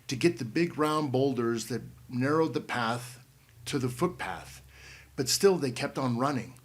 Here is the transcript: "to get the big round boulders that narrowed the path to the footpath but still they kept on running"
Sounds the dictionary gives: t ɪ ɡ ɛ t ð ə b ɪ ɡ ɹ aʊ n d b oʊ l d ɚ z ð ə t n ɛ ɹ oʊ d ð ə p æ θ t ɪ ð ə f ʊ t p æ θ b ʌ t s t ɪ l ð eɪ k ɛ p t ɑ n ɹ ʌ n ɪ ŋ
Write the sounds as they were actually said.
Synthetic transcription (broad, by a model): t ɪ ɡ ɛ t ð ə b ɪ ɡ ɹ aʊ n b oʊ l d ɚ z ð ə t n ɛ ɹ oʊ d ð ə p æ θ t ɪ ð ə f ʊ t p æ θ b ʌ t s t ɪ l ð eɪ k ɛ p t n ɹ ʌ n ɪ ŋ